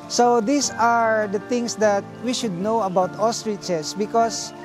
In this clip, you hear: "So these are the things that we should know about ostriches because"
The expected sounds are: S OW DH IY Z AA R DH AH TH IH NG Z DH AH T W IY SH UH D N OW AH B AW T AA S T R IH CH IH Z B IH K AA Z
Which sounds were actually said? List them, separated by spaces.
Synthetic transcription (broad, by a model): S OW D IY S AA R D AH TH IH NG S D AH T W IY SH UH D N OW AH B AW T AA S T R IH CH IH S B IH K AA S